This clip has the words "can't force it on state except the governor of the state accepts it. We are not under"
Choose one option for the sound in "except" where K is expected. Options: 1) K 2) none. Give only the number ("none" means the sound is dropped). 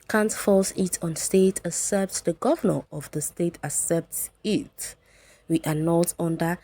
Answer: 2